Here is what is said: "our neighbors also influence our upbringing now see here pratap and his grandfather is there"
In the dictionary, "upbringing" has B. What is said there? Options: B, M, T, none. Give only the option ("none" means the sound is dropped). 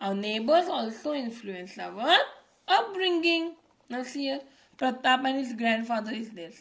none